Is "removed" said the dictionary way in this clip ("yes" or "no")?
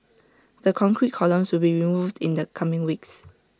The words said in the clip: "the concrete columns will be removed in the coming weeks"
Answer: yes